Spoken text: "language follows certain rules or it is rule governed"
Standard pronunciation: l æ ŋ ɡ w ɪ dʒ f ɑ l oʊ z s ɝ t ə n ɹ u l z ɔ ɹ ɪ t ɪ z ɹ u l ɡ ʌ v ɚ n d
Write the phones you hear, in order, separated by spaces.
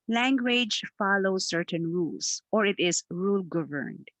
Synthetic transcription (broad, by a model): l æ ŋ ɡ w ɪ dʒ f ɑ l oʊ s ɝ t ə n ɹ u l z ɔ ɹ ɪ t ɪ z ɹ u l ɡ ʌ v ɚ n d